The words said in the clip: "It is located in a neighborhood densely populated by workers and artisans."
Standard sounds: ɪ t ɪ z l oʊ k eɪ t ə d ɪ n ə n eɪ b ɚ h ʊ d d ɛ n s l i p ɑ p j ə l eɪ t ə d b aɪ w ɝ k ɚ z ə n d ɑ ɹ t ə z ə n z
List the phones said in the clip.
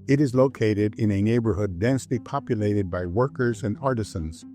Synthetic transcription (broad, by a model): ɪ t ɪ z l oʊ k eɪ t ə d ɪ n ə n eɪ b ɚ h ʊ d d ɛ n s l i p ɑ p j ə l eɪ t ə d b aɪ w ɝ k ɚ z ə n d ɑ ɹ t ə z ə n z